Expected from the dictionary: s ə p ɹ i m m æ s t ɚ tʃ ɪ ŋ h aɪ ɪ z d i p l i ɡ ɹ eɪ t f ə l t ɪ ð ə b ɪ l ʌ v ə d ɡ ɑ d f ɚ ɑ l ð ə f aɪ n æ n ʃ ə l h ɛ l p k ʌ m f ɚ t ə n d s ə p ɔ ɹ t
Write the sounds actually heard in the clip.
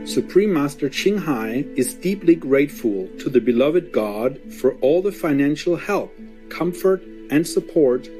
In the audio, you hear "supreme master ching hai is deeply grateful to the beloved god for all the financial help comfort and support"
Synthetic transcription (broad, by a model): s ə p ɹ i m m æ s t ɚ tʃ ɪ ŋ h aɪ ɪ z d i p l i ɡ ɹ eɪ t f ə l t ɪ ð ə b ɪ l ʌ v ə d ɡ ɑ d f ɚ ɑ l ð ə f aɪ n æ n ʃ l h ɛ l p k ʌ m f ɚ t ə n s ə p ɔ ɹ t